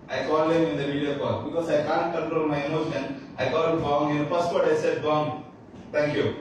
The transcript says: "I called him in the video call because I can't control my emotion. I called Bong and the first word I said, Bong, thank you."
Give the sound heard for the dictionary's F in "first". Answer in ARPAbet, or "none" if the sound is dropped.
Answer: P